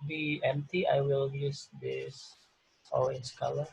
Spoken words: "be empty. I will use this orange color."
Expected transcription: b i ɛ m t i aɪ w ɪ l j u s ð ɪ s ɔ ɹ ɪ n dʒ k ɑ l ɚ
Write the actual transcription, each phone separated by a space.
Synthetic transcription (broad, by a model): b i ɛ m t i aɪ w ɪ l j u s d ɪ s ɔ l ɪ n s k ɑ l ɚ